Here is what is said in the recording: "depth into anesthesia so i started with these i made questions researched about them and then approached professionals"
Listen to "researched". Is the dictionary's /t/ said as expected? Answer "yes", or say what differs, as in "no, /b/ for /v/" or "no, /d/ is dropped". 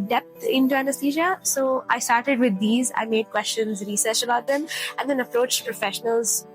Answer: no, /t/ is dropped